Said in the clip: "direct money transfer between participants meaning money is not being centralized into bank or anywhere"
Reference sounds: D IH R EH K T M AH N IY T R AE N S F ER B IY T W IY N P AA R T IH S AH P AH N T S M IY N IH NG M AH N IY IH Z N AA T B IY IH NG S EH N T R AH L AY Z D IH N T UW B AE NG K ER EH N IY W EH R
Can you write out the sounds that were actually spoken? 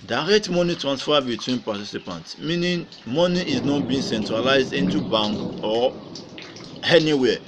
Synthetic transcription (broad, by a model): D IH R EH K T M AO N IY T R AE N S F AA B IY T W IY N P AA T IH S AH P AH N T S M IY N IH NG M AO N IY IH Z N AA T B IY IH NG S EH N T R AH L AY Z D IH N T UW B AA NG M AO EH N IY W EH